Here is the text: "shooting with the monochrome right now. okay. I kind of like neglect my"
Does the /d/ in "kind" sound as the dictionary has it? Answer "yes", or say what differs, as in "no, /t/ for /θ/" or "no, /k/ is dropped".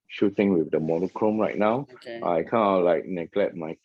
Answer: no, /d/ is dropped